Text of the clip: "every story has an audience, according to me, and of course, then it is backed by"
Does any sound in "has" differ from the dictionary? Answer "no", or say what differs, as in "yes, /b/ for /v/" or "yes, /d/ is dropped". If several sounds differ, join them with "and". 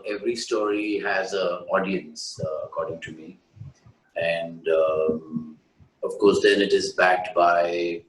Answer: no